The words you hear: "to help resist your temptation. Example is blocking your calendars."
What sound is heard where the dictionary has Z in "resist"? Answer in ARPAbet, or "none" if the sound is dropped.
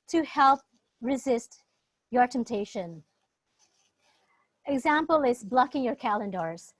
Z